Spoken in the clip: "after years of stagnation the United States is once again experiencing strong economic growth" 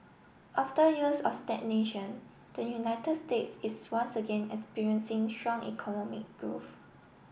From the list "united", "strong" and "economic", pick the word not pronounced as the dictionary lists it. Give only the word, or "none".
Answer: none